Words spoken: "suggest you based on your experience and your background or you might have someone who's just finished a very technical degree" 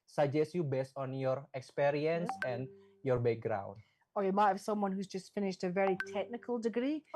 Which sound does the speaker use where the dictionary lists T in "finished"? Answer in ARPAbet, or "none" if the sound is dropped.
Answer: T